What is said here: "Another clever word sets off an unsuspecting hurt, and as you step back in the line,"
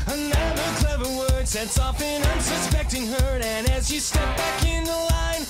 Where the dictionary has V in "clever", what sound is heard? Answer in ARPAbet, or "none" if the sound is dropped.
V